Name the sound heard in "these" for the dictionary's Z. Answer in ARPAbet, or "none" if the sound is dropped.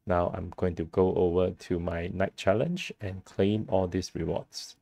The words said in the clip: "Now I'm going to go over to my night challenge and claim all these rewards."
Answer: S